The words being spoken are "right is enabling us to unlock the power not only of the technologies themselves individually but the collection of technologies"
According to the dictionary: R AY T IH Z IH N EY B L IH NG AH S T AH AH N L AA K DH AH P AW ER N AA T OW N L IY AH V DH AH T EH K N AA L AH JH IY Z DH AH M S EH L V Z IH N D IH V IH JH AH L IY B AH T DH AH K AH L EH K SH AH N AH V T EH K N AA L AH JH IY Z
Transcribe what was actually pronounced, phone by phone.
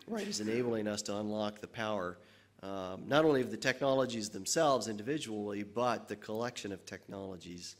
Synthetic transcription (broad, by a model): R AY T IH Z IH N EY B L IH NG AH S T AH AH N L AA K DH AH P AW ER N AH T OW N L IY AH V DH AH T EH K N AA L AH JH IY Z DH AH M S EH L V Z IH N D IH V IH JH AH L IY B AH T DH AH K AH L EH K SH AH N AH V T EH K N AA L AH JH IY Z